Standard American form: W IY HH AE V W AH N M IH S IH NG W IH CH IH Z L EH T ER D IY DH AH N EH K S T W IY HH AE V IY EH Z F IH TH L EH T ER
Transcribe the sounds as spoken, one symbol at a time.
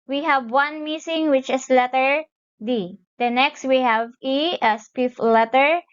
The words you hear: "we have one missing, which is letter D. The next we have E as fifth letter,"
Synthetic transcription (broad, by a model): W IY HH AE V W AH N M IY S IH NG W IH CH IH S L EH T ER D IY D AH N EH K S T W IY HH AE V IY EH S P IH F L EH T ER